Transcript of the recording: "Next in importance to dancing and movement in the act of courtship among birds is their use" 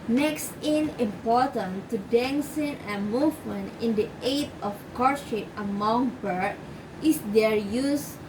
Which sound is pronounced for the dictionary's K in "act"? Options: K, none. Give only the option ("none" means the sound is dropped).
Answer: none